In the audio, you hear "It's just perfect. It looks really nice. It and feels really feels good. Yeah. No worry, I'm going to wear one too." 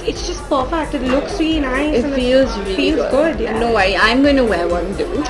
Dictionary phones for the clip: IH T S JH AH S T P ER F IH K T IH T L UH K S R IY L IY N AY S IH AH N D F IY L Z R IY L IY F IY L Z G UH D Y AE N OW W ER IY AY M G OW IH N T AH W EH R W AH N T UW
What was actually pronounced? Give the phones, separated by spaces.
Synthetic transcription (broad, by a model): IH T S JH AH S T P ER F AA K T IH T L UH K S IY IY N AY IH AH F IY L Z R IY IY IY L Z G UH D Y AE N OW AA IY AY M G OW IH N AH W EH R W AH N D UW